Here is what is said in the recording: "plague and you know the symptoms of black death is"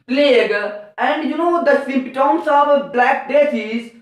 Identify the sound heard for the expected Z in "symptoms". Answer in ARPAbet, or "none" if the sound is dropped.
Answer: S